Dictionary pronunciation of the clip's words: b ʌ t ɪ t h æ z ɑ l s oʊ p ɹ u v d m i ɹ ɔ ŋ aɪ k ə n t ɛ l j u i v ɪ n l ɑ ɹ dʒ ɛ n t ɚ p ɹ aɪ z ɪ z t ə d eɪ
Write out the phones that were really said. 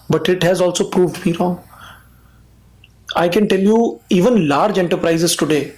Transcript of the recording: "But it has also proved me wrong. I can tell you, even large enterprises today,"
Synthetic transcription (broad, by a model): b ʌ t ɪ t h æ z ɑ l s oʊ p ɹ u v d m i ɹ ɔ ŋ aɪ k ə n t ɛ l j u i v ɪ n l ɑ ɹ dʒ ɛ n t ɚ p ɹ aɪ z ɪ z t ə d eɪ